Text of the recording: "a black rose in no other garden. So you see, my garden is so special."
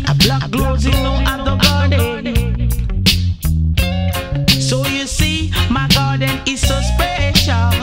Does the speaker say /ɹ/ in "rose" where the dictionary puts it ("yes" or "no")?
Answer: no